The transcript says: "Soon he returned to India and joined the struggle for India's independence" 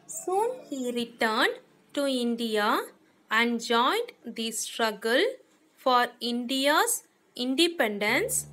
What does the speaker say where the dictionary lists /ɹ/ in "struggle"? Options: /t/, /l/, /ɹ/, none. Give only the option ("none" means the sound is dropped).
/ɹ/